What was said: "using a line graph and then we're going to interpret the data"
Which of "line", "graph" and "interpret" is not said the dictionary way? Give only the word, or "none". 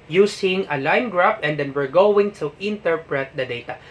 graph